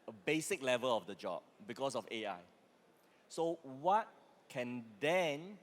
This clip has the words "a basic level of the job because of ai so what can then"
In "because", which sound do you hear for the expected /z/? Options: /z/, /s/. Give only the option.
/s/